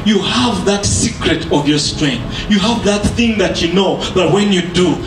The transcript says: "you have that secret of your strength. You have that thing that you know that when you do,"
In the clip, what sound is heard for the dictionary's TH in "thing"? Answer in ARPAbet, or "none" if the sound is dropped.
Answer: TH